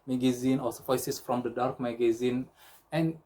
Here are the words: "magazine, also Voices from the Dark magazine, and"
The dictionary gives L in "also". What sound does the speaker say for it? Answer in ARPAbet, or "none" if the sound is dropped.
none